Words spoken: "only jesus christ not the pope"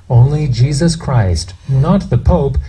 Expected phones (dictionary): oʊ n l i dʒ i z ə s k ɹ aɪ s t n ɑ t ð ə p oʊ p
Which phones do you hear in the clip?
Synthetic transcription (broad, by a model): oʊ n l i dʒ i z ə s k ɹ aɪ s t n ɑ t ð ə p oʊ p